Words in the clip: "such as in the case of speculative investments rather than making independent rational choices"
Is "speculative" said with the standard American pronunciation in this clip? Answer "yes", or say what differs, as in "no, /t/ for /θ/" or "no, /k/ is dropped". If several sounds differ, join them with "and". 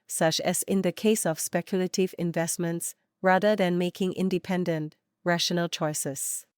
yes